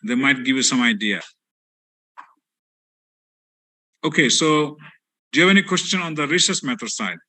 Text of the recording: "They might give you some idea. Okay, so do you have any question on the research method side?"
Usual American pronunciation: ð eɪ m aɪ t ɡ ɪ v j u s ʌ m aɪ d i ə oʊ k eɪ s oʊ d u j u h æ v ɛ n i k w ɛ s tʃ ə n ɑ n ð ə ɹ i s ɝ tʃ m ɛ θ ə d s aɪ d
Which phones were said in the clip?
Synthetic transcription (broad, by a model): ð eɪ m aɪ t ɡ ɪ v j u s ʌ m aɪ d i ə oʊ k eɪ s oʊ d j u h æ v ɛ n i k w ɛ s tʃ ə n ɑ n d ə ɹ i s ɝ s m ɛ t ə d s aɪ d